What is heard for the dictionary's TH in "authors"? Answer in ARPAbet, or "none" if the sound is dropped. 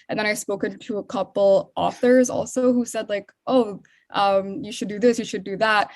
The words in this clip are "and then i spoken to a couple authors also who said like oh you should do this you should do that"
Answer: TH